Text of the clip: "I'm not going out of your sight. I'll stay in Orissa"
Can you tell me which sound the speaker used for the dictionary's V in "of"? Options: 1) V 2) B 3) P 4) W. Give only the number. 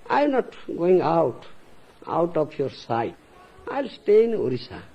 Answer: 3